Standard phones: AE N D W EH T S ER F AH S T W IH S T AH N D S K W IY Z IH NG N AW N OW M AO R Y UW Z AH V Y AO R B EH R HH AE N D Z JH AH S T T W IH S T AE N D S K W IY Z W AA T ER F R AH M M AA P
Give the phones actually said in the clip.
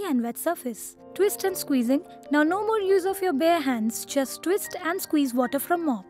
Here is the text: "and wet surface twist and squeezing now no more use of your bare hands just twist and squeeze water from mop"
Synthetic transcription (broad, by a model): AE N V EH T S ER F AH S T W IH S T AH N D S K W IY Z IH NG N AW N OW M AO R Y UW Z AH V Y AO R B EH R HH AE N D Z JH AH S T T W IH S T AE N D S K W IY Z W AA T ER F R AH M M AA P